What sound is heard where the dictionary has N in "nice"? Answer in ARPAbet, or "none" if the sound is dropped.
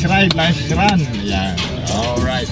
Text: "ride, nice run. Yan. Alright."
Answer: L